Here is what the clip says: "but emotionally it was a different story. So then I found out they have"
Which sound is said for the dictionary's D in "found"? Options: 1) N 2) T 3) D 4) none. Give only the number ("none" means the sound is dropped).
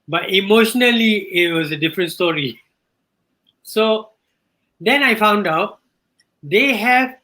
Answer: 3